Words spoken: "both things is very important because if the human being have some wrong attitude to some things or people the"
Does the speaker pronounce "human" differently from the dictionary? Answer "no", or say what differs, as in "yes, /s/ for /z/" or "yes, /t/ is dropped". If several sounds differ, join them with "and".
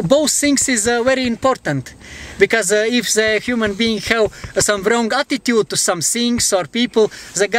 no